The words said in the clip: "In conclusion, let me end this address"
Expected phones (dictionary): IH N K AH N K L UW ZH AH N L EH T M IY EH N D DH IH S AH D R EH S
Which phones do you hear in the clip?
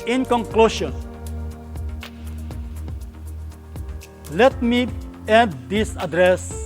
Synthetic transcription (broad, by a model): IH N K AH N K L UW SH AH N L EH T M IY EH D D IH S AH D R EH S